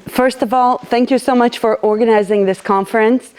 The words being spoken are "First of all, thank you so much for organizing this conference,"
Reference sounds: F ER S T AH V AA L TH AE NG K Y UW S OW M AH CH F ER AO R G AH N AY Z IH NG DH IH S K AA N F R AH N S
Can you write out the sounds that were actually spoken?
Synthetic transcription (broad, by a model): F ER S T AH V AA L TH AE NG K Y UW S OW M AH CH F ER AO R G AH N AY Z IH NG DH IH S K AA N F R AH N S